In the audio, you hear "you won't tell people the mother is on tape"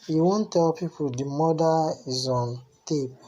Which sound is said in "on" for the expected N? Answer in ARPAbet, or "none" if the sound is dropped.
N